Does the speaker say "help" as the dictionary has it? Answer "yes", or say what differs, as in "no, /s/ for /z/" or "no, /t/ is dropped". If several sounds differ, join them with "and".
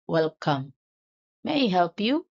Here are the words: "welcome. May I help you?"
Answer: yes